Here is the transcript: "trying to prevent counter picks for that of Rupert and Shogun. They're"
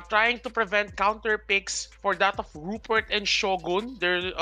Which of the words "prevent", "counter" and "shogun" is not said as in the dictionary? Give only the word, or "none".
none